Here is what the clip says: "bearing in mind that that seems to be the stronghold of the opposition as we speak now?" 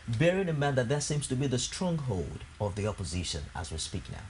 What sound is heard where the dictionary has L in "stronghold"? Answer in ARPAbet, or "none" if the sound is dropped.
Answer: L